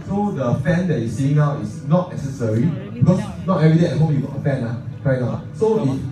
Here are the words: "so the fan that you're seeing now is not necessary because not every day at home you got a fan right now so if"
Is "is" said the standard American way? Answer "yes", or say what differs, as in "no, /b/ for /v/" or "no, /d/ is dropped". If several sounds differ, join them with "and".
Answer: no, /s/ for /z/